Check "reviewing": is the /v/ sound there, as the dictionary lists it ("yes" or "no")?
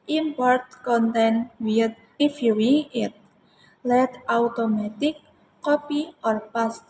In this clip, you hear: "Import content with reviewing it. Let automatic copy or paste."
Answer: no